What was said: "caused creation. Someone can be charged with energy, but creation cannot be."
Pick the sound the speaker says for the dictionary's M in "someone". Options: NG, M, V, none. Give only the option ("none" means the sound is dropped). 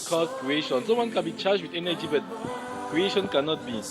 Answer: none